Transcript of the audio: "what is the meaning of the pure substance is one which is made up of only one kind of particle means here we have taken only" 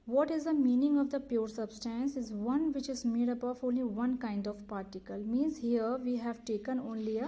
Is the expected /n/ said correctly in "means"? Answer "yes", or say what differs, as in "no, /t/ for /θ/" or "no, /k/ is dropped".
yes